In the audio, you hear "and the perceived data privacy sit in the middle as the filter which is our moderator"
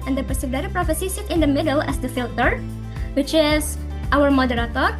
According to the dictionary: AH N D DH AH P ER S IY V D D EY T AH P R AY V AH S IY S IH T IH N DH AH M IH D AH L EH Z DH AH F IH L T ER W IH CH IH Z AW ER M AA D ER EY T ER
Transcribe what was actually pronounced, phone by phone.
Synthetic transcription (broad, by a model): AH N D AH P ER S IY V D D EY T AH P R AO F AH S IY S IH T IH N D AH M IH D AH L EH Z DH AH F IH L T ER W IH CH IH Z AW ER M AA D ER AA T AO